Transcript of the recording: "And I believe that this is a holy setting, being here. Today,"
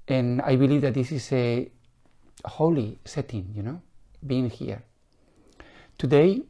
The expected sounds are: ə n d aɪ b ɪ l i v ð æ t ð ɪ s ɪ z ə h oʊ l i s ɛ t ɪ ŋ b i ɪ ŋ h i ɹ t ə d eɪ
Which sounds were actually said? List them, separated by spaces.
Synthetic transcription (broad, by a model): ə n aɪ b ɪ l i v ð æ t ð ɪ s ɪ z ə h oʊ l i s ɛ t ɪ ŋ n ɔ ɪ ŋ h i ɹ t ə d eɪ